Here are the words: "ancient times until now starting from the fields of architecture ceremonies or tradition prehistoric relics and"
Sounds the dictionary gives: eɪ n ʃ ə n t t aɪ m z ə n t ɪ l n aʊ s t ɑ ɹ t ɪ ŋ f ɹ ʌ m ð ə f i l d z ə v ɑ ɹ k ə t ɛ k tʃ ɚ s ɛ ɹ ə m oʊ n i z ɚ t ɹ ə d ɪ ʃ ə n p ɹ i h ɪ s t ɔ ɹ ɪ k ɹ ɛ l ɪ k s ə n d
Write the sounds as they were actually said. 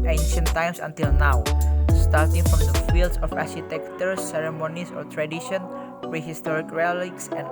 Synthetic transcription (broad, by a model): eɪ n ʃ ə n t t aɪ m s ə n t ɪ l n aʊ s t ɑ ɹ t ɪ ŋ f ɹ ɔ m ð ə f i l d s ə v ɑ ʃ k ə t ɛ k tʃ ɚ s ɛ ɹ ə m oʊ n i s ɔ t ɹ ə d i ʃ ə n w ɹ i h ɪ s t ɔ ɹ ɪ k ɹ ɛ l ɪ k s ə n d